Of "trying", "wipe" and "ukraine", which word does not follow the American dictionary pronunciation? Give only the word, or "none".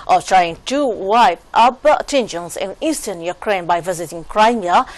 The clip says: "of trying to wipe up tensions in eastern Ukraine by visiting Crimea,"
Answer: none